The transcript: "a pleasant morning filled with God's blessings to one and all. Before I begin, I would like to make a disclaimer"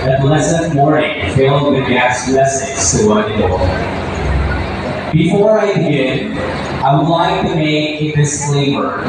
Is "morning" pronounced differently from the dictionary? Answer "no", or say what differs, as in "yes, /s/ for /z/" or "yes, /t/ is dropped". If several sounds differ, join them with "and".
yes, /n/ is dropped